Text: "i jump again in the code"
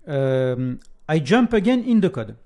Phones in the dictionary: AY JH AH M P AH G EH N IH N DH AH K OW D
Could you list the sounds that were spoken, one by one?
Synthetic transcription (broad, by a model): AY JH AH M P AH G EH N IH N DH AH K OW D